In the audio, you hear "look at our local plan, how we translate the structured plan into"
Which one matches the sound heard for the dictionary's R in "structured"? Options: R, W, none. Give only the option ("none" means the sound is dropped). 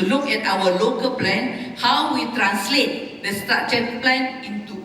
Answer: none